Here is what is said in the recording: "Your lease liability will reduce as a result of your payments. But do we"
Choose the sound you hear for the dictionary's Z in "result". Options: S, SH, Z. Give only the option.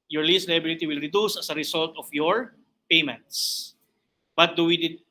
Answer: S